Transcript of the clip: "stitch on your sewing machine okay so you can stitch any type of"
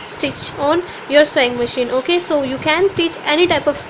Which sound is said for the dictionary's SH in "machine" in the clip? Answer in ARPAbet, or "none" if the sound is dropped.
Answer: SH